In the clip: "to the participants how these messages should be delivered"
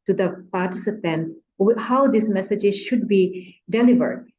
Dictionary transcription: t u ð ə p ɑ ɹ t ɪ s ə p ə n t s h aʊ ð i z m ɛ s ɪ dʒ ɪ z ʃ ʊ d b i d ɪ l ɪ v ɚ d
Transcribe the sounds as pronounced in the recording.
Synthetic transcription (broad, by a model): t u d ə p ɑ ɹ t ɪ s ə p ə n t s h aʊ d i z m ɛ s ɪ dʒ ɪ z ʃ ʊ d b i d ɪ l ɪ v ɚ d